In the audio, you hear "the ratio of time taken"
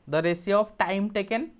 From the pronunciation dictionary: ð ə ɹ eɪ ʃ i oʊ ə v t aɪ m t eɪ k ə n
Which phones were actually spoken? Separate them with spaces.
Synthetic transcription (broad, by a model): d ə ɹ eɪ s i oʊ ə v t aɪ m t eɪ k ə n